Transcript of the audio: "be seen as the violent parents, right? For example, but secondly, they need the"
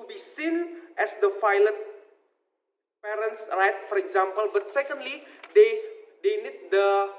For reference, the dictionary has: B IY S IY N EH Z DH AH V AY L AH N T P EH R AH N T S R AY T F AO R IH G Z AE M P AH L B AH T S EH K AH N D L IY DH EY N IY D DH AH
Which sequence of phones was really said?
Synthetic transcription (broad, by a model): B IY S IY N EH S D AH F AY L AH T P EH R AH N T S R AY T F AO R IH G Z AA M P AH L B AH T S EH K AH N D L IY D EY N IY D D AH